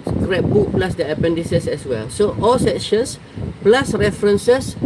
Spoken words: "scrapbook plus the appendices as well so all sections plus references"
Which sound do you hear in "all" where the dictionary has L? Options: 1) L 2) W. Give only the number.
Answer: 1